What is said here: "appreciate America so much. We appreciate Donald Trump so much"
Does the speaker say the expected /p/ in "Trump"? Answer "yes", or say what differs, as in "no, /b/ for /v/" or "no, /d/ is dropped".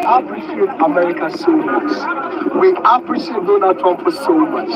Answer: no, /f/ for /p/